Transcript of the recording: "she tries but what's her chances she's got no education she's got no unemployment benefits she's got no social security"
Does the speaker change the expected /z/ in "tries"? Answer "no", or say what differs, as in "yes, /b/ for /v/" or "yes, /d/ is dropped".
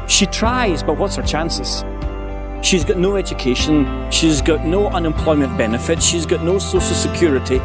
no